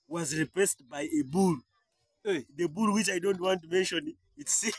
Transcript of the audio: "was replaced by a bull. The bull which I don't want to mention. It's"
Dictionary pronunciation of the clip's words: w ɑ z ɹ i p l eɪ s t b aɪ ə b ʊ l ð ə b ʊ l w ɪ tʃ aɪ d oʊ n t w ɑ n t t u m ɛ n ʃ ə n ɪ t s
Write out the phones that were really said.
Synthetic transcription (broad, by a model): w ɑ z ɹ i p eɪ s t b aɪ ə b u l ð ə b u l w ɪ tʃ aɪ d oʊ n t w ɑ n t t u m ɛ n ʃ ə n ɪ t s